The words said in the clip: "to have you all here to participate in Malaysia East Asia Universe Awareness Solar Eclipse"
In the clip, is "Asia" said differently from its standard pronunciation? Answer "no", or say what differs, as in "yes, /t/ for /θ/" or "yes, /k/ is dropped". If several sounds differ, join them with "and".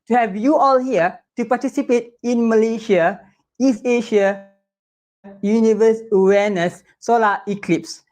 yes, /ʃ/ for /ʒ/